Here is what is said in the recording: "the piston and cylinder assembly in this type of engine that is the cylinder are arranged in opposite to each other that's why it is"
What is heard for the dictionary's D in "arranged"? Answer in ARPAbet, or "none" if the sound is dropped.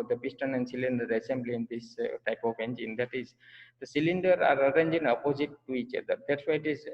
none